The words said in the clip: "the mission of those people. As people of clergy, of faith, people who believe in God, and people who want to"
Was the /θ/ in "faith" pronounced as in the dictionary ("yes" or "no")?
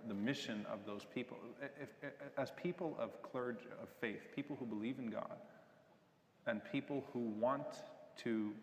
yes